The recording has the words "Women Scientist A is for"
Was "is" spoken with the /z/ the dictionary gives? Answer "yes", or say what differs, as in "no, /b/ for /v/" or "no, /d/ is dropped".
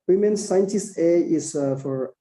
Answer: no, /s/ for /z/